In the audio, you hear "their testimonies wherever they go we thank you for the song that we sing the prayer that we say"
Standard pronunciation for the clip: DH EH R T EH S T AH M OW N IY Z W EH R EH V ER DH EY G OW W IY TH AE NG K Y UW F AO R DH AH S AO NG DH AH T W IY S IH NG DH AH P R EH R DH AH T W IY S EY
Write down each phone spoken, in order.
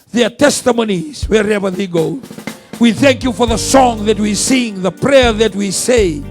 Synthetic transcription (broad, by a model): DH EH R T EH S T AH M OW N IY Z W EH R EH V ER DH EY G OW W IY TH AE NG K Y UW F AO R DH AH S AO NG DH AH T W IY S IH NG DH AH P R EH R DH AH T W IY S EY